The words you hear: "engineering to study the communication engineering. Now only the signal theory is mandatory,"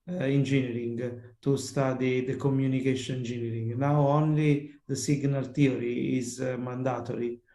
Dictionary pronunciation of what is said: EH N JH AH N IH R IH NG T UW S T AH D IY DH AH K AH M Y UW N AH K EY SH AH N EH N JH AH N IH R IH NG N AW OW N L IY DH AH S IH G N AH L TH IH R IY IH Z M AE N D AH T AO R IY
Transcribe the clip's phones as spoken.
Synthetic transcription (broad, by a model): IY N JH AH N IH R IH NG T UW S T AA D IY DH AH K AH M Y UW N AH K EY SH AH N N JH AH N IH R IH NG N AW OW N L IY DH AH S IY G N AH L T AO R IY IH Z M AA N D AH T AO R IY